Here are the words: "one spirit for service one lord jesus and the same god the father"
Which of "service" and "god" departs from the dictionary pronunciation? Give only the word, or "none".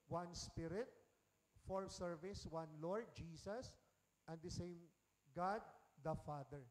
none